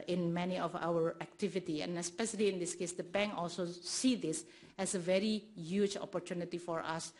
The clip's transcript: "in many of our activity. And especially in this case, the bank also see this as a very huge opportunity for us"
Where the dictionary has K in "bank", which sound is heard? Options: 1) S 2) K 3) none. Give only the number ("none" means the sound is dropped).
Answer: 3